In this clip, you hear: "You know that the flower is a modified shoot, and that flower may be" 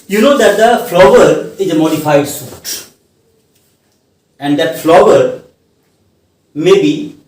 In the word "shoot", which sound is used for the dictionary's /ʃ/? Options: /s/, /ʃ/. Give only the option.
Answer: /s/